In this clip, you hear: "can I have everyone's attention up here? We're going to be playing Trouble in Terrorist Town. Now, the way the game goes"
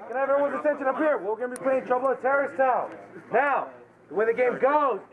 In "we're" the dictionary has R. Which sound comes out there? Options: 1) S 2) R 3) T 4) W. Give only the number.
4